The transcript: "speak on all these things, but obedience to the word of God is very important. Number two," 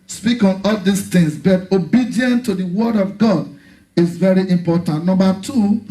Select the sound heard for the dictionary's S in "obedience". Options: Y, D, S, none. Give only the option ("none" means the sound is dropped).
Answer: none